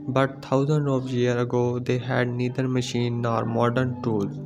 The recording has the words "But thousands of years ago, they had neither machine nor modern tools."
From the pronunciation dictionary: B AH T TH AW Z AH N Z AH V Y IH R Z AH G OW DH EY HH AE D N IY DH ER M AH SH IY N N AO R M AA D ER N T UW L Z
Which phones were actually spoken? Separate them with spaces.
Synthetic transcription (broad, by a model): B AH T T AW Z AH N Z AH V Y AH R AH G OW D EY HH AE D N IY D ER M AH SH IY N N AO R M AA D ER N T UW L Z